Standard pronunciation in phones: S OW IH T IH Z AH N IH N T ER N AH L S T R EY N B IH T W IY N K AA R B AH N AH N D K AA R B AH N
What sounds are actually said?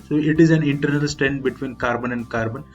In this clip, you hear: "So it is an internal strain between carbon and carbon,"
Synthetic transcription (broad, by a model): S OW IH T IH Z AH N IH N T ER N AH L S T EY N B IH T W IY N K AA R B AH N AH N D K AA R B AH N